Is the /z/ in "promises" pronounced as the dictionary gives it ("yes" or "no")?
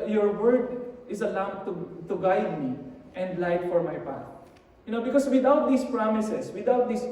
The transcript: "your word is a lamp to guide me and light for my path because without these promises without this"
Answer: no